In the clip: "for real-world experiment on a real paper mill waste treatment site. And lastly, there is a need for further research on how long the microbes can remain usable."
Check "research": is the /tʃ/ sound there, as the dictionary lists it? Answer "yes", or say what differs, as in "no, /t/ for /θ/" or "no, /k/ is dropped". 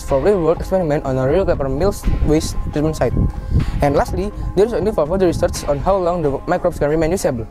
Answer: no, /s/ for /tʃ/